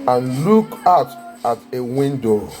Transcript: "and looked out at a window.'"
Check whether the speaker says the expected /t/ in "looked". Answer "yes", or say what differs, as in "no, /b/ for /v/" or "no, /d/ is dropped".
no, /t/ is dropped